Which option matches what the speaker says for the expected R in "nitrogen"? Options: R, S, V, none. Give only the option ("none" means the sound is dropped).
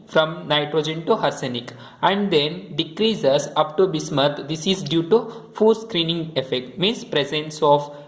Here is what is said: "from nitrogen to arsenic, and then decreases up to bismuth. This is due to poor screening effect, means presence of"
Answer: R